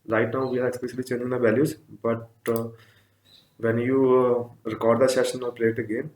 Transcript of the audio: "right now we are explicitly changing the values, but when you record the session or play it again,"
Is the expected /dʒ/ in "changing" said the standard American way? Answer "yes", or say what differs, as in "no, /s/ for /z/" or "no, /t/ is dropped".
no, /dʒ/ is dropped